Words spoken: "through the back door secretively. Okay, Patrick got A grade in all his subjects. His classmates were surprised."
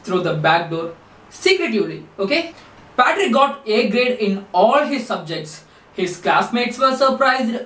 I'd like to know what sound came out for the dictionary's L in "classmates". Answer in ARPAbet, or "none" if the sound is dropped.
L